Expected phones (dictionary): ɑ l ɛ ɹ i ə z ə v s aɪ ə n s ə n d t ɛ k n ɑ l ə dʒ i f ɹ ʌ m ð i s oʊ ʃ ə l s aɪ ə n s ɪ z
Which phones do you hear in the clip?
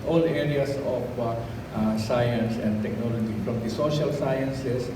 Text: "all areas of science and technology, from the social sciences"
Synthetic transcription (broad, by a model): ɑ l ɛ ɹ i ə s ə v s aɪ ə n s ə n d t ɛ k n ɑ l ə dʒ i f ɹ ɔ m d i s oʊ ʃ ə l s aɪ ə n s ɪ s